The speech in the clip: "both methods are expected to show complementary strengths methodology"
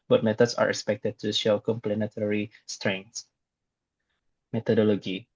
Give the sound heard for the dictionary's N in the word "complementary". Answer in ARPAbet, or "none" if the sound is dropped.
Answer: none